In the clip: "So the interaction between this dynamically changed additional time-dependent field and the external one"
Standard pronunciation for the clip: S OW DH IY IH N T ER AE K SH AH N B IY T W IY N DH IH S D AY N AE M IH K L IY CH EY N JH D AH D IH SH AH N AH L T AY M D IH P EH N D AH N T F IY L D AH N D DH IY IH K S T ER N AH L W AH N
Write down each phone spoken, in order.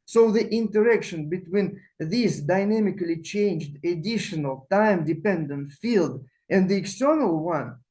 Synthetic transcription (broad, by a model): S OW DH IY IH N T ER AE K SH AH N B IY T W IY N DH IH S D AY N AE M IH K L IY CH EY N JH D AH D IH SH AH N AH L T AY M D IH P EH N D AH N T F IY L D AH N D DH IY IH K S T ER N AH L W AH N